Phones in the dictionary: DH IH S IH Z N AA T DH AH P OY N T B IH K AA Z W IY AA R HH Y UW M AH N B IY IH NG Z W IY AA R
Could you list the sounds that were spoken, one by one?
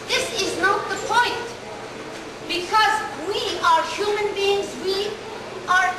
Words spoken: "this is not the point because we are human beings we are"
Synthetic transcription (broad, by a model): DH IH S IH Z N AA T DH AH P OY N T B IH K AA Z W IY AA R HH Y UW M AH N B IY IH NG Z W IY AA R